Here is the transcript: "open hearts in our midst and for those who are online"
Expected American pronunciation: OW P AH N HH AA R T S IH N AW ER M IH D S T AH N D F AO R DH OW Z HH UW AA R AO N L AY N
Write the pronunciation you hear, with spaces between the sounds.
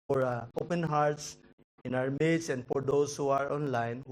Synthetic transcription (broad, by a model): OW P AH N HH AA R T S IH N AW ER M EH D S AH N D F AO R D OW S HH UW AA R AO N L AY N